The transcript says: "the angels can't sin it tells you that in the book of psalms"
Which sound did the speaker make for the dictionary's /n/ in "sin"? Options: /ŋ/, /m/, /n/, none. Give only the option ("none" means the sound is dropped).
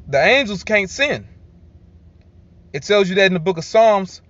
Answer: /n/